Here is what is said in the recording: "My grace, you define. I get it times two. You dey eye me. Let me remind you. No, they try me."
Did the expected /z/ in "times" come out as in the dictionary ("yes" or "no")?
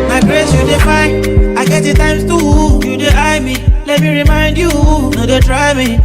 no